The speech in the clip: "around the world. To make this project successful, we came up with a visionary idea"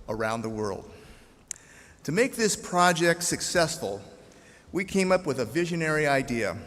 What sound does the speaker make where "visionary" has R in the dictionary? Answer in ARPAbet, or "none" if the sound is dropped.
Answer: R